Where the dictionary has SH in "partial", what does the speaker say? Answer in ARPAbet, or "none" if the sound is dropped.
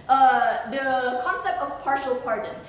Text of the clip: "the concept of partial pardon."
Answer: SH